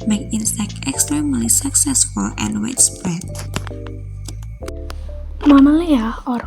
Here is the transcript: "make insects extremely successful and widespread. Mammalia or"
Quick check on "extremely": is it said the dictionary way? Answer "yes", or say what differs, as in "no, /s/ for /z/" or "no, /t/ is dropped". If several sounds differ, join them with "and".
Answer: yes